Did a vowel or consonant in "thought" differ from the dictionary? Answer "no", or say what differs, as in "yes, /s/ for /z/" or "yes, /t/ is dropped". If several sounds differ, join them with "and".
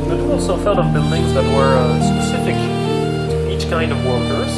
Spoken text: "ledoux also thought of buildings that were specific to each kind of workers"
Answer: yes, /f/ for /θ/